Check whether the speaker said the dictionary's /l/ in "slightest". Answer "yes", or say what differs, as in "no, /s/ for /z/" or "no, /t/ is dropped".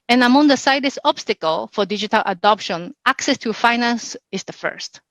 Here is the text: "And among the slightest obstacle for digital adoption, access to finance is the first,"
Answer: no, /l/ is dropped